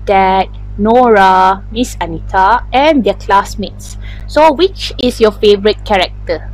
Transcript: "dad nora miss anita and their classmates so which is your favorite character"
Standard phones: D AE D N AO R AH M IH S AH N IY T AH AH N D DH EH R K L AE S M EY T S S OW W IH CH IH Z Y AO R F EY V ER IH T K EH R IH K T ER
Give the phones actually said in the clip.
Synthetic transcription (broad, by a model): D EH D N AO R AH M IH S AH N IY T AH AH N D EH K L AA S M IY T S S OW W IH CH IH S Y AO F EY V ER IH T K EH R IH K T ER